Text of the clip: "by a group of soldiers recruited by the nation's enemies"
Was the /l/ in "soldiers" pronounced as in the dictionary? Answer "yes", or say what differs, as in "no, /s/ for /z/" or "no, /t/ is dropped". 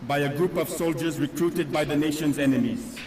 yes